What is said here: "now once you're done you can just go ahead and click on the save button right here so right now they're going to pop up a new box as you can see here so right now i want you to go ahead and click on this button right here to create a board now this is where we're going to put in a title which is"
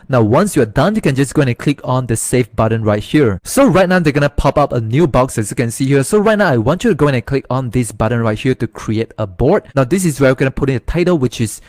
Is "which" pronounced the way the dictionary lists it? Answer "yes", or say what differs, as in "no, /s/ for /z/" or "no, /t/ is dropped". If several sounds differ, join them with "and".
yes